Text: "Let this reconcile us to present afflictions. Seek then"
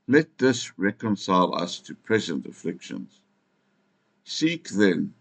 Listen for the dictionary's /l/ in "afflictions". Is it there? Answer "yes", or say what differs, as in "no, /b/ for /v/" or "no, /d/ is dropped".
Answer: yes